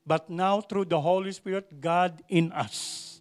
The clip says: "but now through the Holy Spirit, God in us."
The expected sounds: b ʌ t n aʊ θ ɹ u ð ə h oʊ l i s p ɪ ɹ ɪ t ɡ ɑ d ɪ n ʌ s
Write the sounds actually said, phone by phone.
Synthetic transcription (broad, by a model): b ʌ t n aʊ t ɹ u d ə h oʊ l i s p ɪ ɹ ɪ t ɡ ɑ d ɪ n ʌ s